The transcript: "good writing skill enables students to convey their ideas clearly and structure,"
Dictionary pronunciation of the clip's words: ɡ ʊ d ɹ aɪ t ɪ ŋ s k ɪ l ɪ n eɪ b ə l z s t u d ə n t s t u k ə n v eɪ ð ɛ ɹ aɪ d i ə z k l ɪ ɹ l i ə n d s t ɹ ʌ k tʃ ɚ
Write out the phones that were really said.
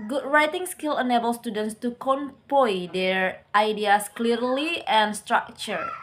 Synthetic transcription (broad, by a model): ɡ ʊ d ɹ aɪ t ɪ ŋ s k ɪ l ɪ n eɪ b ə l s t u d ə n t s t u k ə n p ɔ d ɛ ɹ aɪ d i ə s k l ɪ ɹ l i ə n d s t ɹ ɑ k tʃ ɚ